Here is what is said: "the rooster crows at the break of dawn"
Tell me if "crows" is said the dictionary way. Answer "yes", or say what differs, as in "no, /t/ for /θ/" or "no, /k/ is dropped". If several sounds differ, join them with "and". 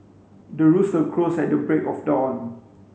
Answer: no, /s/ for /z/